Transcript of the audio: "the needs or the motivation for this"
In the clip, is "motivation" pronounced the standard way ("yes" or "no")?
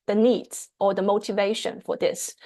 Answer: yes